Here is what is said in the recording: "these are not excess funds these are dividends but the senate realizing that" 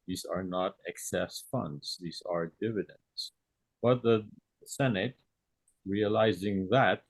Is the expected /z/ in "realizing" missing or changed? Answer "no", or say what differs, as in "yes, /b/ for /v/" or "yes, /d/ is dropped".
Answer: no